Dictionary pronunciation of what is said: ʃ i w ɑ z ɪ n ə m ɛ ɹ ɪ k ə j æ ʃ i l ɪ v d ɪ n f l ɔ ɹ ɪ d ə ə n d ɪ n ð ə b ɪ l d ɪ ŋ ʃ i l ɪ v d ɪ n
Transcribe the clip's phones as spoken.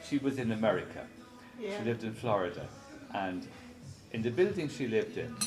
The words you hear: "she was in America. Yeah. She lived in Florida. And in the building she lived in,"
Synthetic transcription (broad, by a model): ʃ i w ɑ z ɪ n ə m ɛ ɹ ɪ k ə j ʃ i l ɪ v d ɪ n f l ɔ ɹ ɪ d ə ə n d ɪ n ð ə b ɪ l d ɪ ŋ ʃ i l ɪ v d ɪ n